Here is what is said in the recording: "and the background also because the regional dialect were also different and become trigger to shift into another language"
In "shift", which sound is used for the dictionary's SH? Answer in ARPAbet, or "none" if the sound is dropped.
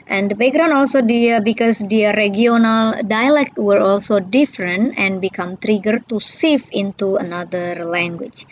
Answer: S